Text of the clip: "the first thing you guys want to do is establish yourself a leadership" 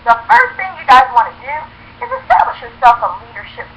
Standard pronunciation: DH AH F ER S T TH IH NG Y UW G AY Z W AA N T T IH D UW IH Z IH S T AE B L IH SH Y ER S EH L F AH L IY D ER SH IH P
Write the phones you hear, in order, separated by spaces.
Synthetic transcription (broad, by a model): DH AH F ER S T TH IH NG Y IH G AY Z W AA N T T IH D UW IH Z IH S T AE B L IH SH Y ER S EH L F AH L IY D ER SH IH P